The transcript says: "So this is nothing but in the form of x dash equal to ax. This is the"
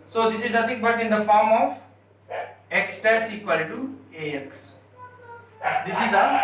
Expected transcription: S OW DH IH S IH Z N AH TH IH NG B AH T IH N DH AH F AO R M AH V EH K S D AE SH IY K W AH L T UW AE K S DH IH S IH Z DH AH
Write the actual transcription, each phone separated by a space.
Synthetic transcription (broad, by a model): S OW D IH S IH Z N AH T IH NG B AH T IH N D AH F AO R M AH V EH K S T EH S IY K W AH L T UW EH K S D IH S IH Z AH